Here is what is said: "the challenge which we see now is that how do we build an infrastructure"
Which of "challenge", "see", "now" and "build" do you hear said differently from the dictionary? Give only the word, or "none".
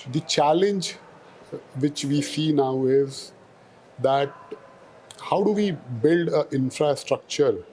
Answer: none